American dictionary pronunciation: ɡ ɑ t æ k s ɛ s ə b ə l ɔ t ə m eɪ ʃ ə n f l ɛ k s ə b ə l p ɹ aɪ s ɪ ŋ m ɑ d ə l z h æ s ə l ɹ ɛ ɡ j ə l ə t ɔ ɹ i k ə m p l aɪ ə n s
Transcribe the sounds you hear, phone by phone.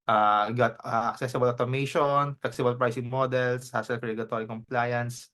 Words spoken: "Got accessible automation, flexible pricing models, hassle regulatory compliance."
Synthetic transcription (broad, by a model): ɡ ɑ t æ k s ɛ s ə b ə l ɔ t ə m eɪ ʃ ə n f l ɛ k s ə b ə l p ɹ aɪ s ɪ ŋ m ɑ d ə l s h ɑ s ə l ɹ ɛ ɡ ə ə t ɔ ɹ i k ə m p l aɪ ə n s